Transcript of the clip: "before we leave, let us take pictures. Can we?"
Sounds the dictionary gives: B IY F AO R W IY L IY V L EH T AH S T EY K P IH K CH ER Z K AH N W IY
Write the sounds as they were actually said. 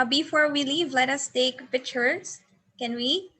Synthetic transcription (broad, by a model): B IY F AO R W IY L IY V L EH T AH S T EY K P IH CH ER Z K AH N W IY